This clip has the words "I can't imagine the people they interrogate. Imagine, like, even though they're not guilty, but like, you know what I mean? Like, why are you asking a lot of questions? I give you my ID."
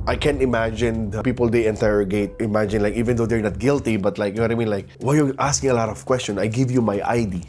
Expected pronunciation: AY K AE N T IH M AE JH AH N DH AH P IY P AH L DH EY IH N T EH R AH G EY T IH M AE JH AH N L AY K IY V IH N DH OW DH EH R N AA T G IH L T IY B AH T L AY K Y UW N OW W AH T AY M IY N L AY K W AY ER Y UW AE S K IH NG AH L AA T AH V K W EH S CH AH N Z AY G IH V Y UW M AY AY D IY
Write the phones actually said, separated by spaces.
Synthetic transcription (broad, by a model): AY K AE N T IH M AE JH AH N P IY P AH L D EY IH N T EH R AH G EY T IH M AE JH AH N L AY K IY V IH N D OW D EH R N AA T G IH L T IY B AH T L AY K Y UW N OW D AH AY M IY N L AY K W AY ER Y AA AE S K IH NG AH L AA T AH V K W EH S CH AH N AY G IH V Y UW M AY AY D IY